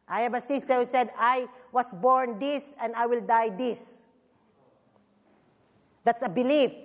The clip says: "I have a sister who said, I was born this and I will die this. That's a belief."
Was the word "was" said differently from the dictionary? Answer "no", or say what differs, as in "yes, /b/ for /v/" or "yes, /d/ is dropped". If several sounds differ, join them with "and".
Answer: yes, /s/ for /z/